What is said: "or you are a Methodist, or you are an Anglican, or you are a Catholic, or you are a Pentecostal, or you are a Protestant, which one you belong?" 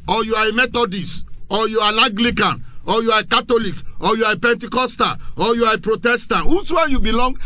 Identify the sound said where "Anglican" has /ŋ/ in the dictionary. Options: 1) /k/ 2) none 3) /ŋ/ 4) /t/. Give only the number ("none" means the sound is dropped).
2